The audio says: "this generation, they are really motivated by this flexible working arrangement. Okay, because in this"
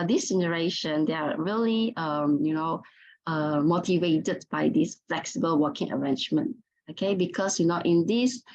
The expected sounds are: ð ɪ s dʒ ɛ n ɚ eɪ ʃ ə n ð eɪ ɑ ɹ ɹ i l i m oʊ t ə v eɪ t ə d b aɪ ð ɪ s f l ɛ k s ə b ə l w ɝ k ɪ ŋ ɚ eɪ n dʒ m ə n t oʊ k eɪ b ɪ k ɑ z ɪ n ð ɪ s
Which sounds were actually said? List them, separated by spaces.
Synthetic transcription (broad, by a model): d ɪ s dʒ ɛ n ɚ eɪ ʃ ə n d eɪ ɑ ɹ l i n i m oʊ t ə v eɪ t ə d b aɪ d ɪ s f l ɛ k s ə b ə l w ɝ k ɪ ŋ ɚ eɪ n dʒ m ə n t oʊ k eɪ b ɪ k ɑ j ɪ n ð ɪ s